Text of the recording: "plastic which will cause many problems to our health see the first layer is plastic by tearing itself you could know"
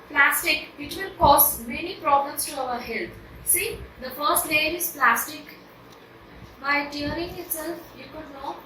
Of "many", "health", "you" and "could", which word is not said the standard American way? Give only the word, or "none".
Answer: health